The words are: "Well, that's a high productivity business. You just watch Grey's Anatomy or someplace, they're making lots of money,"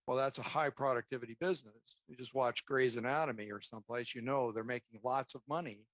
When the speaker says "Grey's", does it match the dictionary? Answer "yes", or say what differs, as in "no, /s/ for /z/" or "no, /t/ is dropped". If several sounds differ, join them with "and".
yes